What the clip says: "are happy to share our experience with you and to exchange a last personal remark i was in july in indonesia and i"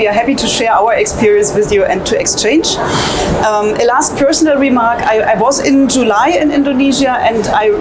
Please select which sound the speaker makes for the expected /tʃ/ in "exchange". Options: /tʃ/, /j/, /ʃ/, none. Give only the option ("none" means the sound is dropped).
/tʃ/